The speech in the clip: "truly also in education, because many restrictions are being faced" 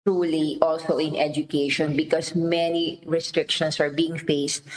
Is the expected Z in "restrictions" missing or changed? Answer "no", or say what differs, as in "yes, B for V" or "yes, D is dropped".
yes, S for Z